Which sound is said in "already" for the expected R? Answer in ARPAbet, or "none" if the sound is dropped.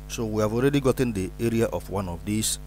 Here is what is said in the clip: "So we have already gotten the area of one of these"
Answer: R